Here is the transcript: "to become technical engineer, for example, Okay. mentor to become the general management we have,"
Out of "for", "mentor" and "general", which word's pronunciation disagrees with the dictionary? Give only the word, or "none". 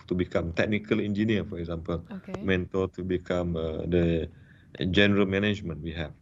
mentor